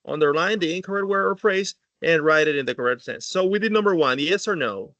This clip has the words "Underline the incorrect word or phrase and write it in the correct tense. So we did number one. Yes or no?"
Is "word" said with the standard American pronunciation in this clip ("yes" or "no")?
no